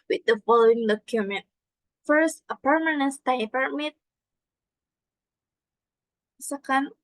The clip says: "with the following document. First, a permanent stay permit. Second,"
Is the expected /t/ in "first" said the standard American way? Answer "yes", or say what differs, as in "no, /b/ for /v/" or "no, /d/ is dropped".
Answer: yes